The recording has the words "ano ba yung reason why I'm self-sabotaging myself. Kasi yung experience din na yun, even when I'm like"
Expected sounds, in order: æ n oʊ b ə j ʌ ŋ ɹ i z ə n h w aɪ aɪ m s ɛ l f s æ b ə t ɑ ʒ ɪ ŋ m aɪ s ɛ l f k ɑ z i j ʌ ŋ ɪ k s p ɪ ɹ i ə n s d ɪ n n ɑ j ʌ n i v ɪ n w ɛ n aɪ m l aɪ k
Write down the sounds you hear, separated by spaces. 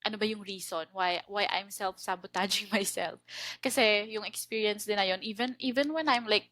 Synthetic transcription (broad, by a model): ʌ n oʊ b ə j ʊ ŋ ɹ i s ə n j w aɪ aɪ m s ɛ l f s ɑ b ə t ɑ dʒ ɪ ŋ m aɪ s ɛ l f k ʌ s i j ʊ ŋ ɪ k s p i ɹ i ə n s d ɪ n n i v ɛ n i v ɪ n w ɛ n aɪ m l aɪ k